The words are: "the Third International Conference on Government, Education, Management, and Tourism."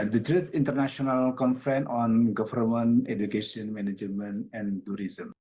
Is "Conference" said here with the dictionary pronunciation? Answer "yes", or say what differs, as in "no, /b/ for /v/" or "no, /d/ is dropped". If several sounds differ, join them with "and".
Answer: no, /s/ is dropped